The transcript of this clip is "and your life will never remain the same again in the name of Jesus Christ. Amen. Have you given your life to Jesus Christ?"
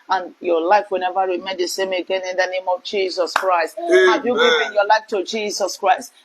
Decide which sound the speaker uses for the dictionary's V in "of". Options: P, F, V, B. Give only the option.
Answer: V